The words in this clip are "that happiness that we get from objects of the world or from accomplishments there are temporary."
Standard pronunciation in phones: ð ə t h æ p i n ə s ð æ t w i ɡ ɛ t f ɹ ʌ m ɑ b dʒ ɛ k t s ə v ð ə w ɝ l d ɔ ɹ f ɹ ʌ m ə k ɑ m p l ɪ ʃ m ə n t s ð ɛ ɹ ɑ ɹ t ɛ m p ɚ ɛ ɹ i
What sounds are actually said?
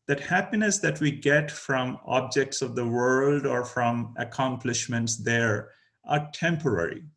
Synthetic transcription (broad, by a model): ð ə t h æ p i n ə s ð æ t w i ɡ ɛ t f ɹ ʌ m ɑ b dʒ ɛ k t s ə v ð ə w ɝ l d ɔ ɹ f ɹ ʌ m ə k ɑ m p l ɪ ʃ m ə n t s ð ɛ ɹ ɑ ɹ t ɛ m p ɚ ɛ ɹ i